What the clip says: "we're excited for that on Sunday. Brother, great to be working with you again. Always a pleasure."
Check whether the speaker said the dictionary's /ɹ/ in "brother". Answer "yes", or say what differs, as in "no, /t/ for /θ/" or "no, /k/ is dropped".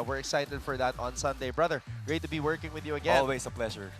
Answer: yes